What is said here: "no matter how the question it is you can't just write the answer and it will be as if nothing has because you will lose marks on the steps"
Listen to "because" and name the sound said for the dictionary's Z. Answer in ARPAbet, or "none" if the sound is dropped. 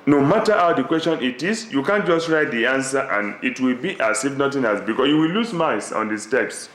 S